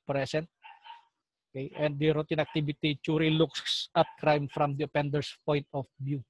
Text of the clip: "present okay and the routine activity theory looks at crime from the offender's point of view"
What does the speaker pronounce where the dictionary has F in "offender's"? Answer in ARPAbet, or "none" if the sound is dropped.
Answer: P